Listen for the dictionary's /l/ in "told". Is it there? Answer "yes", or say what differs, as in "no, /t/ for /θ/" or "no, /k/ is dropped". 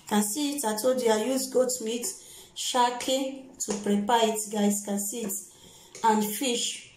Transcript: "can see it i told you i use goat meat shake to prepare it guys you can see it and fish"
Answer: no, /l/ is dropped